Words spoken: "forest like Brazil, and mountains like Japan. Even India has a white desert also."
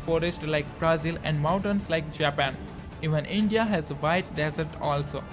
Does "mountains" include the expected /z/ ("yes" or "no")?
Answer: no